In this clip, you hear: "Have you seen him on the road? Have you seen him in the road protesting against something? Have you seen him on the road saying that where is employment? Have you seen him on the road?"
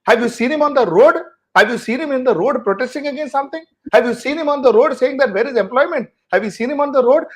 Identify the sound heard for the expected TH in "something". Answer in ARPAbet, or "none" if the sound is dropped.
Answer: T